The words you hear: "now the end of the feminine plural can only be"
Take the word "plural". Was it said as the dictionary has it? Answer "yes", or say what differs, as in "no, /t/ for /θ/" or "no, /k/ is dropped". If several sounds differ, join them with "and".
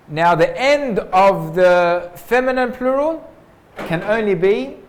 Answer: yes